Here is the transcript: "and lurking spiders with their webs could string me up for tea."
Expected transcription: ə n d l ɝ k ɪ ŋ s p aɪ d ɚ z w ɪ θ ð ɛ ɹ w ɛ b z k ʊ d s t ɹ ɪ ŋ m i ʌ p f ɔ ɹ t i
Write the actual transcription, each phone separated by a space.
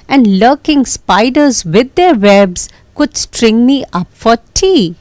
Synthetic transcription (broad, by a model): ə n d l ɝ k ɪ ŋ s p aɪ d ɚ z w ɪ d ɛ ɹ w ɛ b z k ʊ d s t ɹ ɪ ŋ m i ʌ p f ɔ ɹ t i